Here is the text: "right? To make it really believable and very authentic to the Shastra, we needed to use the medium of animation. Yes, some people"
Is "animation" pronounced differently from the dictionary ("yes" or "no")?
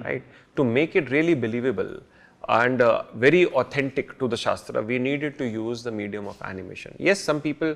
no